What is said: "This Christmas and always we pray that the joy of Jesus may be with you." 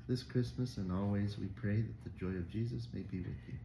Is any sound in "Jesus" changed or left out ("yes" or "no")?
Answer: no